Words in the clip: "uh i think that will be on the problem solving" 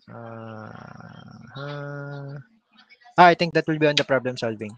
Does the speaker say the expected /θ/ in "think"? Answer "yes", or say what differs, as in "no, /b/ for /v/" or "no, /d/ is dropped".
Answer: no, /t/ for /θ/